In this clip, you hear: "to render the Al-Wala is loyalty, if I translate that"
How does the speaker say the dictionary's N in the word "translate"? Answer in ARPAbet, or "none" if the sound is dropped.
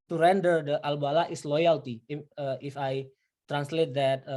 N